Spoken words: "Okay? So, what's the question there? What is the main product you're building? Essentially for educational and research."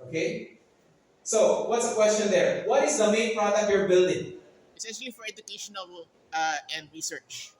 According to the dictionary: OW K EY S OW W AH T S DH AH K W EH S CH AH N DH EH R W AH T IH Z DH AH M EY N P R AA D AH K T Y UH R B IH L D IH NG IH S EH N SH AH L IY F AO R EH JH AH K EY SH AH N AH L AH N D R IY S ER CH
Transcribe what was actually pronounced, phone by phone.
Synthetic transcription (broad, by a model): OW K EY S OW W AH T S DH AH K W EH S CH AH N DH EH R W AH T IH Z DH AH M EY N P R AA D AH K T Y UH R B IH L D IH NG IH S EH SH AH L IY F AO R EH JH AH K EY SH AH N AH L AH N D R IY S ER CH